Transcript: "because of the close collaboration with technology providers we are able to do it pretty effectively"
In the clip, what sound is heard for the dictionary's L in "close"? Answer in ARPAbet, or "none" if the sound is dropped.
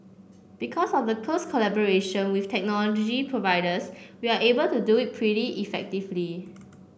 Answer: none